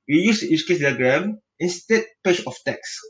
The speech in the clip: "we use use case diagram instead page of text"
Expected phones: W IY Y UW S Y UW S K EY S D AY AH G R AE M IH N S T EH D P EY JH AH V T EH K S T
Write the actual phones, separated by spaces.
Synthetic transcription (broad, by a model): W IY Y UW S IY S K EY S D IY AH G R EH M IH N S T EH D P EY CH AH F T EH K S